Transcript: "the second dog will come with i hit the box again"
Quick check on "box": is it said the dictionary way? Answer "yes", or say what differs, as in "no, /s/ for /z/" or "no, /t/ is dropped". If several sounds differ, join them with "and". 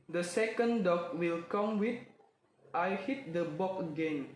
no, /s/ is dropped